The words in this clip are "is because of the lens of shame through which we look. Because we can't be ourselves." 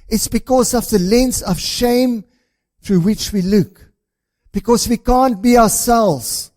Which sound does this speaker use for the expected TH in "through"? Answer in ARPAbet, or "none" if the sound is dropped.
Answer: TH